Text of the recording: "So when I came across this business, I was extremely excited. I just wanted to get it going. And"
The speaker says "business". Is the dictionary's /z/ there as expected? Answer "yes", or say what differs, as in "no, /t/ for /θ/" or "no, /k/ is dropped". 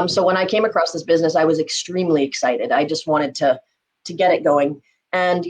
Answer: yes